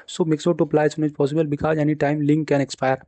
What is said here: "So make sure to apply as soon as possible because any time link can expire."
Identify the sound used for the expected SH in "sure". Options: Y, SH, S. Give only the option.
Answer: S